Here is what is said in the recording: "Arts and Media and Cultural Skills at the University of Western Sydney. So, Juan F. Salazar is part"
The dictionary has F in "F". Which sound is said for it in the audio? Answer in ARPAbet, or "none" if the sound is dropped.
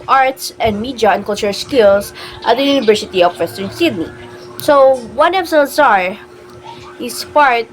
P